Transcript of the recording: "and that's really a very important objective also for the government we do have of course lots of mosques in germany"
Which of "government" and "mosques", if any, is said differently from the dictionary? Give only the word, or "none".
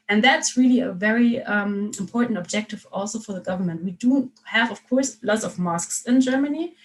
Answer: none